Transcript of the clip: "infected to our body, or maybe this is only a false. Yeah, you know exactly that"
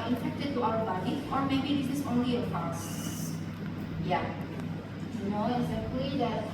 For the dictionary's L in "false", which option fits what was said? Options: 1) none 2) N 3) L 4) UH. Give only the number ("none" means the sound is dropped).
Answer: 1